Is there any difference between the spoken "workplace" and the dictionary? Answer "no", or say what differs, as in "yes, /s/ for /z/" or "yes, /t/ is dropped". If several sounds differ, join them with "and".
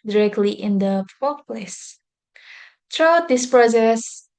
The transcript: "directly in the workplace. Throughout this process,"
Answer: yes, /k/ is dropped